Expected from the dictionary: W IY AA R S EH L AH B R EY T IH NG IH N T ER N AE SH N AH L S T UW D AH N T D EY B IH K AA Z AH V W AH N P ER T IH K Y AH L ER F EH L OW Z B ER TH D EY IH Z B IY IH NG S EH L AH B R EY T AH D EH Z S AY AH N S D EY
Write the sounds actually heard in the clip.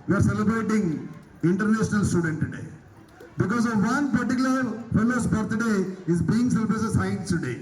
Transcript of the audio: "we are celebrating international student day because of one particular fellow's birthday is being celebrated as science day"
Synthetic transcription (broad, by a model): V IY AA R S EH L AH B R EY T IH NG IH N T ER N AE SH N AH L S T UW D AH N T D EY B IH K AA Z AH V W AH N P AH T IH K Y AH L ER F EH L OW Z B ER T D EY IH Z B IY IH NG S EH L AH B R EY S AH S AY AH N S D EY